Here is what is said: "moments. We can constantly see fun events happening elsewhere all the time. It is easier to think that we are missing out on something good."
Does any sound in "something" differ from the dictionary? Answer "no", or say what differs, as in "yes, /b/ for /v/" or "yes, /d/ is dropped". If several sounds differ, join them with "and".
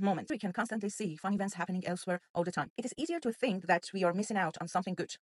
no